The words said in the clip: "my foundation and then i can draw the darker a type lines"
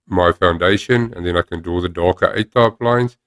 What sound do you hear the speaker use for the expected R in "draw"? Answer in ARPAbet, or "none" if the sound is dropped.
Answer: none